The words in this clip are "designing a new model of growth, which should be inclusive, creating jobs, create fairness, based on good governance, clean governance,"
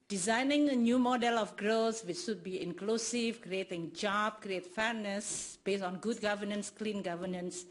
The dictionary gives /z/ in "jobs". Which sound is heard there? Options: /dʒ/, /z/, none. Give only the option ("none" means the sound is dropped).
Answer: none